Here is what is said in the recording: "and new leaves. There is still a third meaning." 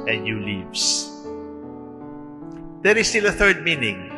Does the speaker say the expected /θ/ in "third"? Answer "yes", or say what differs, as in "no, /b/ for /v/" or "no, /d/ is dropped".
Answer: yes